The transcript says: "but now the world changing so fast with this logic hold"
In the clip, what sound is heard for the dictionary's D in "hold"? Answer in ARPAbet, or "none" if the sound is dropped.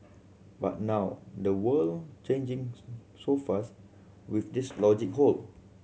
none